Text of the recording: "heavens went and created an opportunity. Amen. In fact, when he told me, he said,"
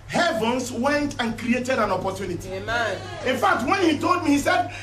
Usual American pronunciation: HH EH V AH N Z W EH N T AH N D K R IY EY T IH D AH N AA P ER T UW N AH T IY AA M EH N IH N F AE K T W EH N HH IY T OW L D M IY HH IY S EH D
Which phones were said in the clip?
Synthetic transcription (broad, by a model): HH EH V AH N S W EH N T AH N K R IY EY T IH D AH N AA P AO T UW N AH T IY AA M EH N IH N F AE K T W EH N HH IY T OW L D M IY HH IY S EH D